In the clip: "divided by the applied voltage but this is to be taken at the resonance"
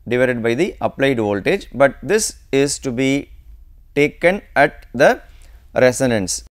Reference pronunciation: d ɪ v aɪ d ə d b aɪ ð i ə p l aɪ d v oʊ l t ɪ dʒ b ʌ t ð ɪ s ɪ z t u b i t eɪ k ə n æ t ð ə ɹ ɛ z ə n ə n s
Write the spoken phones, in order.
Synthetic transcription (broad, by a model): d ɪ v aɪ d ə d b aɪ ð i ə p l aɪ d v oʊ l t ɪ dʒ b ʌ t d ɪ s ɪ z t u b i t eɪ k ə n æ t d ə ɹ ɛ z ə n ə n s